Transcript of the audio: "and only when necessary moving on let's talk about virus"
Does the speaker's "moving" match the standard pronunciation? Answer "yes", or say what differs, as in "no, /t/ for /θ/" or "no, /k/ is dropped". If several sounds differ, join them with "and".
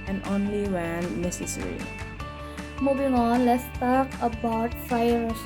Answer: no, /b/ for /v/